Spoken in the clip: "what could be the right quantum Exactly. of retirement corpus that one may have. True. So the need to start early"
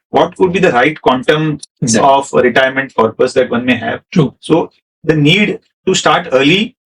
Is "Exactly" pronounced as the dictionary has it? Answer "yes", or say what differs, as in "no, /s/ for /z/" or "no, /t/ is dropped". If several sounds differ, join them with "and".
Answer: no, /l/ is dropped